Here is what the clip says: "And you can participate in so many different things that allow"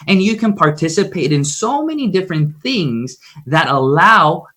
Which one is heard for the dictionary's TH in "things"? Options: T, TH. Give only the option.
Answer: TH